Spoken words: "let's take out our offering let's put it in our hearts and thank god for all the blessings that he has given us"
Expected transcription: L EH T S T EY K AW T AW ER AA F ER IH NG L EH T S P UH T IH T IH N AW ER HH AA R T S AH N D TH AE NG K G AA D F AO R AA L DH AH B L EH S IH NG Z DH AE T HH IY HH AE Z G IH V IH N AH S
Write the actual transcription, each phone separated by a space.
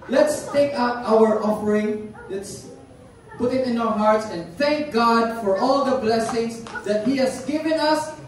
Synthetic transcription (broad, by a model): L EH T S T EY K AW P AW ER AA F ER IH NG L EH T S P UH T IH T IH N AW ER HH AA R T S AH N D TH AE NG K G AA D F AO R AA L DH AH B L EH S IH NG S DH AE T HH IY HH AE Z G IH V IH N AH S